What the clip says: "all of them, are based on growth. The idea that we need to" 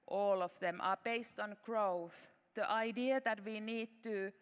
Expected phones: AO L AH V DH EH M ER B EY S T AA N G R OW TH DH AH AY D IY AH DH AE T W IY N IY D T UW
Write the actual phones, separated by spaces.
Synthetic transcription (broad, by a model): AO L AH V DH EH M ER B EY S T AA N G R OW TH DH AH AY D IY AH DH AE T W IY N IY D T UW